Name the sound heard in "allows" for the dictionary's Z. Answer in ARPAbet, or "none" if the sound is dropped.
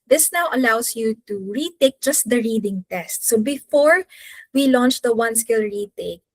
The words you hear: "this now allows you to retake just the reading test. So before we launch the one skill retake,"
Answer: S